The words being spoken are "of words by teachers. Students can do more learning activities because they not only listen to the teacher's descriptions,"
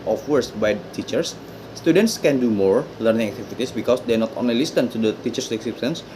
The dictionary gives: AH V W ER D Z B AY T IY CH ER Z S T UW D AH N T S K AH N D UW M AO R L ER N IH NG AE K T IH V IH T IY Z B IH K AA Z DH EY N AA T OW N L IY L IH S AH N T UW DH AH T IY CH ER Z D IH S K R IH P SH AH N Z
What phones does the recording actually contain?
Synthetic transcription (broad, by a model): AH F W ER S B AY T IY CH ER S T UW D AH N T S K AH N D UW M AO R L ER N IH NG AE K T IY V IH T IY S B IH K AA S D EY N AA T OW N L IY L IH S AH N T UW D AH T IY CH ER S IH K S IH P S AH N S